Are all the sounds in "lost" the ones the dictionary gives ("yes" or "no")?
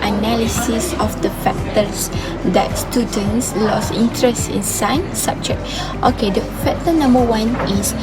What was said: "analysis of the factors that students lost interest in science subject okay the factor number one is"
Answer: no